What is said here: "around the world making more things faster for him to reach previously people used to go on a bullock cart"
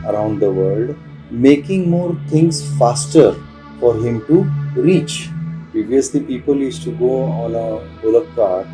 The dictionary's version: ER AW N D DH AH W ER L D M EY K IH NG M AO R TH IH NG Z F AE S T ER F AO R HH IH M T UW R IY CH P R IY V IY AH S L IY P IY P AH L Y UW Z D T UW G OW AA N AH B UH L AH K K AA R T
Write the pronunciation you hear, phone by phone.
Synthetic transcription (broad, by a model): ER AW N D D AH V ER L D M EY K IH NG M AO R T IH NG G F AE S T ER F AO R HH IH M T UW R IY CH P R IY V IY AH S L IY P IY P AH L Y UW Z T UW G OW AA N AH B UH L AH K K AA R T